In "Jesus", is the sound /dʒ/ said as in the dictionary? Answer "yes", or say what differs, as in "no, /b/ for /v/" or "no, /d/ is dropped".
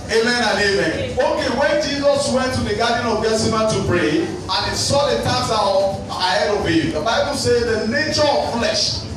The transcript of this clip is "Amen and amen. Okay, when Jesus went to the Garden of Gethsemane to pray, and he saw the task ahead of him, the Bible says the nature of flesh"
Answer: yes